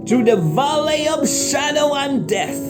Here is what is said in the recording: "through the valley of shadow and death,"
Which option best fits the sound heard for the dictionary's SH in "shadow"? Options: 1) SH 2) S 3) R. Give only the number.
1